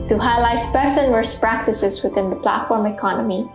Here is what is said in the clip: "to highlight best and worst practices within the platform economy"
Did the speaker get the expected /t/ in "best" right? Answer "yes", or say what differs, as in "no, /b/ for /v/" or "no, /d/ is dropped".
no, /t/ is dropped